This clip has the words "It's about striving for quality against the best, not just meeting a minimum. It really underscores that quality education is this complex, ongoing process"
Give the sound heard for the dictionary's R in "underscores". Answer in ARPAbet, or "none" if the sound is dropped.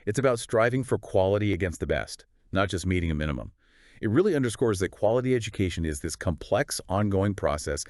R